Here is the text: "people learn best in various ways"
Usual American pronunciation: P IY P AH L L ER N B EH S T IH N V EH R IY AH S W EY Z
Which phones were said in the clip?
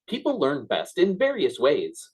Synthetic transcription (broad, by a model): P IY P L L ER N B EH S T IH N V EH R IY AH S W EY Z